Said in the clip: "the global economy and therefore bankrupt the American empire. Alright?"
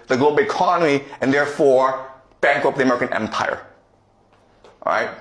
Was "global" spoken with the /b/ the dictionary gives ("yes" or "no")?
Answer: no